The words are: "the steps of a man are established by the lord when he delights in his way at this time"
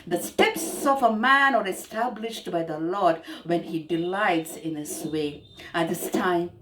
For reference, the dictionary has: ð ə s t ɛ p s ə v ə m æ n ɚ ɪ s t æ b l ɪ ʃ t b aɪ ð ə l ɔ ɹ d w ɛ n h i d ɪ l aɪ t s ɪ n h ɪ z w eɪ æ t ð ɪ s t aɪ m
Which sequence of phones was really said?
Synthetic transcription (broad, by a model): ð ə s t ɛ p s ə v ə m æ n ɚ ɪ s t æ b l ɪ ʃ t b aɪ ð ə l ɔ ɹ d w ɛ n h i d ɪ l aɪ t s ɪ n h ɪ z w eɪ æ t ð ɪ s t aɪ m